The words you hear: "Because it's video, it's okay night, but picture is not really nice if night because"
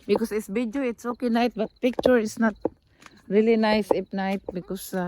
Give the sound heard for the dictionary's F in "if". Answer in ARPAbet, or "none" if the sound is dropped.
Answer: P